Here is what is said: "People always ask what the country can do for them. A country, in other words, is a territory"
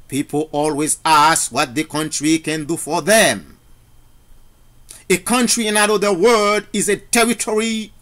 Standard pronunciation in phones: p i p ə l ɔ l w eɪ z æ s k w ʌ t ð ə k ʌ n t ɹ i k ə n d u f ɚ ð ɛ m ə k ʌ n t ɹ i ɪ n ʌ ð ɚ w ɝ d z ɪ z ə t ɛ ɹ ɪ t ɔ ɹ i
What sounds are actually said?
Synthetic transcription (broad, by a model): p i p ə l ɔ l w eɪ z æ s k w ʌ t ð ə k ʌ n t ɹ i k ə n d u f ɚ ð ɛ m ə k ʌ n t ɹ i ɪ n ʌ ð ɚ w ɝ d ɪ z ə t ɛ ɹ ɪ t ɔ ɹ i